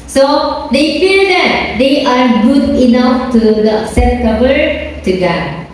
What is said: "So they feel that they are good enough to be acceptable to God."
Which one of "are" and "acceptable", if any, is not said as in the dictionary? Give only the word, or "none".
acceptable